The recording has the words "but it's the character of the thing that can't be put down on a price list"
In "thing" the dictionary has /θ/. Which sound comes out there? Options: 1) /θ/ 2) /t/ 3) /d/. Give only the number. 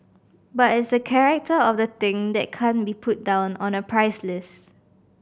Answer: 2